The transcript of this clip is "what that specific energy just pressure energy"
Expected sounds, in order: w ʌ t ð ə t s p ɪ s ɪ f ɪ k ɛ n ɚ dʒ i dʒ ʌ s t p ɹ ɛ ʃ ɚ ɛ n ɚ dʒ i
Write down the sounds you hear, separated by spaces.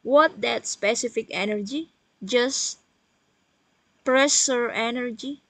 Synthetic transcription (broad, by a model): w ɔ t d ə t s p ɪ s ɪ f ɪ k ɛ n ɚ dʒ i dʒ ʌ s p ɹ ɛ s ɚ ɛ n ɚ dʒ i